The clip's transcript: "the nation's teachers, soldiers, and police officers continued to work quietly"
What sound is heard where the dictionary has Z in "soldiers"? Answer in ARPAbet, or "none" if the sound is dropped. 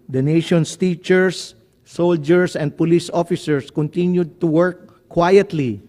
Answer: S